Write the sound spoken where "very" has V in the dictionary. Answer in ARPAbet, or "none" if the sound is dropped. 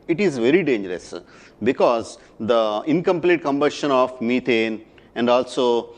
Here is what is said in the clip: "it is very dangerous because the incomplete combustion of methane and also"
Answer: V